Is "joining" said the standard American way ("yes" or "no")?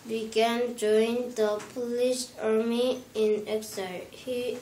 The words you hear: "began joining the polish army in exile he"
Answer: no